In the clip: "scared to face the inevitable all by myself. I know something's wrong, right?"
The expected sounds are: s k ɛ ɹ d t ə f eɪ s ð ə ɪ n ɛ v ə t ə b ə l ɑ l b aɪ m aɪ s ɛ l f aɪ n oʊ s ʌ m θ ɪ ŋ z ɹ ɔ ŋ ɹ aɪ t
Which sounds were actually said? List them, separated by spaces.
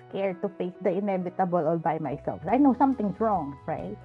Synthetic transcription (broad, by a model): k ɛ ɹ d t ə f eɪ s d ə ɪ n ɛ v ə t ə b ə l ɑ l b aɪ m aɪ s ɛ l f aɪ n oʊ s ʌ m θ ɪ ŋ s ɹ ɔ ŋ ɹ aɪ t